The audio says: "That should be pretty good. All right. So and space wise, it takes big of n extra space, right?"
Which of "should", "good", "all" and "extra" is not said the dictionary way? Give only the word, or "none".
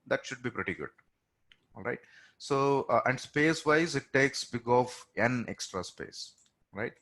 none